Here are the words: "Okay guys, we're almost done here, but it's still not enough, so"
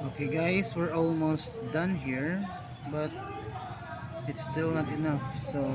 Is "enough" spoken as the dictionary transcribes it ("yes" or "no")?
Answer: yes